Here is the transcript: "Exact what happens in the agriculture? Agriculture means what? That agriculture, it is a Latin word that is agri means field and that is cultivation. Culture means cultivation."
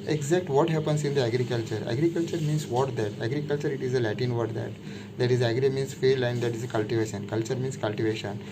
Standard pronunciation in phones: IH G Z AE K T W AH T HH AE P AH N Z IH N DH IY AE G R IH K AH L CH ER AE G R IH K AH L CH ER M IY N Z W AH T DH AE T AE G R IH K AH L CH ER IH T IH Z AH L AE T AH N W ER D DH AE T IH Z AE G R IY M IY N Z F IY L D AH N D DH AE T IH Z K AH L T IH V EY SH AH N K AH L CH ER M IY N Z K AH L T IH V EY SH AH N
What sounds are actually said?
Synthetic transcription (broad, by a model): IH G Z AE K T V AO T HH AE P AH N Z IH N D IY AE G R IH K AH L CH ER AE G R IH K AH L CH ER M IY N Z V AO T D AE T AE G R IH K AH L CH ER IH T IH Z AH L AE T AH N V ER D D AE T IH Z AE G R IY M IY N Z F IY L AH N D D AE T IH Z K AH L T IH V EY SH AH N K AH L CH ER M IY N S K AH L T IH V EY SH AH N